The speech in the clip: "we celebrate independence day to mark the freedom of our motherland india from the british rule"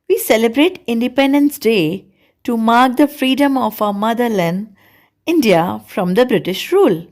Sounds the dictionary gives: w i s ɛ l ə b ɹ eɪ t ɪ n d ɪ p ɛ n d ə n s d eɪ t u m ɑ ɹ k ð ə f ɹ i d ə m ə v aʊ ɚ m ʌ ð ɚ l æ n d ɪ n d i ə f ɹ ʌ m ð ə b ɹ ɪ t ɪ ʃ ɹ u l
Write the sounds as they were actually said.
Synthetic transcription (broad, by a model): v i s ɛ l ə b ɹ eɪ t ɪ n d ɪ p ɛ n d ə n s d eɪ t u m ɑ ɹ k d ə f ɹ i d ə m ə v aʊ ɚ m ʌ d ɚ l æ n d ɪ n d i ə f ɹ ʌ m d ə b ɹ ɪ t ɪ ʃ ɹ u l